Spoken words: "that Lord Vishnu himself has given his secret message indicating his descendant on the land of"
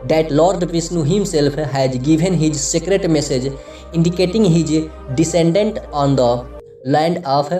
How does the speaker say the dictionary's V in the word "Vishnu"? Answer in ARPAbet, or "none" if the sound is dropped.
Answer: P